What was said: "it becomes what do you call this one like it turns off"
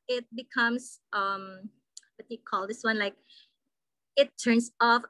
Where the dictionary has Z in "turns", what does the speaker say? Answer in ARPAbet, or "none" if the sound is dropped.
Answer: S